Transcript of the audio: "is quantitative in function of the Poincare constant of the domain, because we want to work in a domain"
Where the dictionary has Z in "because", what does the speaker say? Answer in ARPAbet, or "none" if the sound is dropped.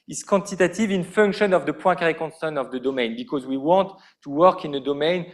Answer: Z